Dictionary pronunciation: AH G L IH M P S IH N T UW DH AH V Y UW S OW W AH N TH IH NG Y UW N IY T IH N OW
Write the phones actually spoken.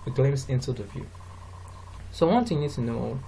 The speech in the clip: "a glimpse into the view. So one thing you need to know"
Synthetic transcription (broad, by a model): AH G L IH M S IH N T UW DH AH V Y UW S OW W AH N T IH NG Y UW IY T IH N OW